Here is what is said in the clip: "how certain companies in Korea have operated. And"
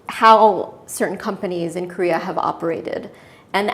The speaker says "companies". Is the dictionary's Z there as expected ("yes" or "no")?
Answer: yes